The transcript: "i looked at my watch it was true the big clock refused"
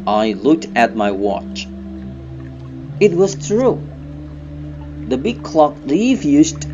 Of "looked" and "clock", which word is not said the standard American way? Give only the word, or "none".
none